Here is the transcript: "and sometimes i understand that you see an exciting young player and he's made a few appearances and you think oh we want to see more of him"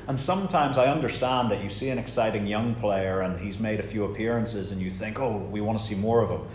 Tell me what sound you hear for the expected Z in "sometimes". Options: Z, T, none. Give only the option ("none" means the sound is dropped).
Z